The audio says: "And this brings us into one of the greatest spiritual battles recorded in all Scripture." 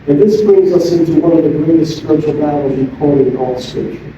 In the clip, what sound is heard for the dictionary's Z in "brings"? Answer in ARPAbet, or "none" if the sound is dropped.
Z